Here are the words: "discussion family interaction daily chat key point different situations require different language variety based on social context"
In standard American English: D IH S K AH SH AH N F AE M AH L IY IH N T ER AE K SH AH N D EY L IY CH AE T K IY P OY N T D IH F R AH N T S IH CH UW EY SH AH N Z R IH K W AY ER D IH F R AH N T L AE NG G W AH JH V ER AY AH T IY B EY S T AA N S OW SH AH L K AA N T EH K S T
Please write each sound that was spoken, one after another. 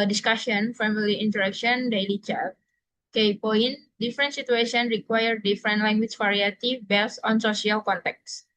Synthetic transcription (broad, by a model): D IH S K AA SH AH N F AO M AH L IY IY N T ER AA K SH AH N D EY L IY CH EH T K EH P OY N D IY F R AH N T S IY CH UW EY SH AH N R IH K W AY ER D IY F R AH N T L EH NG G W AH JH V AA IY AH T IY B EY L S AA N S OW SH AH L K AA N T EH K S